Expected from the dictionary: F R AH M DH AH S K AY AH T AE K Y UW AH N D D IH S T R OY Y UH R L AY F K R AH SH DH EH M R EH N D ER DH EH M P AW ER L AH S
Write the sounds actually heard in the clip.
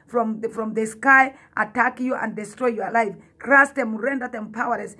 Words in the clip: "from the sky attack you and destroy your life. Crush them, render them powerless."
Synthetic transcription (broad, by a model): F R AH M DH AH S K AY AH T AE K Y UW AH N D D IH S T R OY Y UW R L AY F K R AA S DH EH M R EH N D ER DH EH M P AW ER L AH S